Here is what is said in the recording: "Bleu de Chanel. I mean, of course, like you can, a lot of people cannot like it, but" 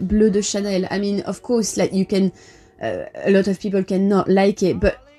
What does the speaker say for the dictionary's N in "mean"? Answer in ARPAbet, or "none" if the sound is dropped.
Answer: N